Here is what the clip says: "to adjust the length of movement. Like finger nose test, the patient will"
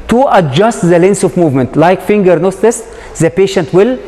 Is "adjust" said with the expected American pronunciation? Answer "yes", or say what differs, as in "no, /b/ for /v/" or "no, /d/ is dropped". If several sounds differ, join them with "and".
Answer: yes